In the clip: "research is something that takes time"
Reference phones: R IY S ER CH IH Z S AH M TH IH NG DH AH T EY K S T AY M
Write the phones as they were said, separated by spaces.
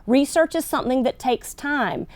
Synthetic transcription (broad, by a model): R IY S ER CH IH Z S AH M TH IH NG DH AH T EY K S T AY M